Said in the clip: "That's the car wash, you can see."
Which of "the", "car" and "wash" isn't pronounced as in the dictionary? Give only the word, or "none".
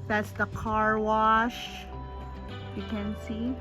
none